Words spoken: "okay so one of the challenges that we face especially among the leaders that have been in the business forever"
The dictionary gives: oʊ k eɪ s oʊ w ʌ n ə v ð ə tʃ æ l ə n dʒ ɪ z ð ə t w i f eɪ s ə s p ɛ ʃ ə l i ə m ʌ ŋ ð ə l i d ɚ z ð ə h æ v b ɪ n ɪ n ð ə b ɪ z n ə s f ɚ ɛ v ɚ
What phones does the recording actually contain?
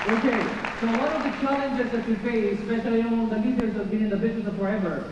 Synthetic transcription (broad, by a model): oʊ k eɪ s oʊ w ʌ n ə v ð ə tʃ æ l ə n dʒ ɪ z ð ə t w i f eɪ ə s p ɛ ʃ ə l i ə ʌ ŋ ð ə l i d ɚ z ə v b ɪ n ɪ n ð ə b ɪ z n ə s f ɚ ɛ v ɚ